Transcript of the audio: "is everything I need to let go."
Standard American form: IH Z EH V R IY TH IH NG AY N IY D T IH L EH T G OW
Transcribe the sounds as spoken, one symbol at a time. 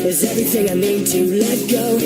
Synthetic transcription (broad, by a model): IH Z EH V R IY TH IH NG AY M IY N T IH L EH T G OW